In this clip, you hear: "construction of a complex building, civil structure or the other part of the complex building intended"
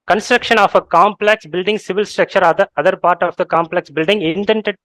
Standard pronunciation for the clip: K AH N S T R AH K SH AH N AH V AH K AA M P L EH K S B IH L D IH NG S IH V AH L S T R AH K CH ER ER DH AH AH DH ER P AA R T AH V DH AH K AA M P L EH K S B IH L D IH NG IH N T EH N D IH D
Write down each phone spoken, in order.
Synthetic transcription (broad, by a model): K AH N S T R AH K SH AH N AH F AH K AA M P L EH K S B IH L D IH NG S IH V AH L S T R AH K CH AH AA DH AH AH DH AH P AA R T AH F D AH K AA M P L EH K S B IH L D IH NG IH N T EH N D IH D